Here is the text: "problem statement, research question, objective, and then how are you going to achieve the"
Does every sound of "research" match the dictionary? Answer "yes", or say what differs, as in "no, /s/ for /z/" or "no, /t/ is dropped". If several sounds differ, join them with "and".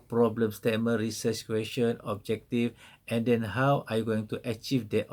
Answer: no, /s/ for /tʃ/